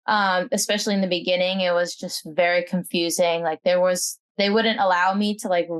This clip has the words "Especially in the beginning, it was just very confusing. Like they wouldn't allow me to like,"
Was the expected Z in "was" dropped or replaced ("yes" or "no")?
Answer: no